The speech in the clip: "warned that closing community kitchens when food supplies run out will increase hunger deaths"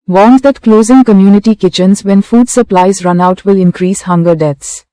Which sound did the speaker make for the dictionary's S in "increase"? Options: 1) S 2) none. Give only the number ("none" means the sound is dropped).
1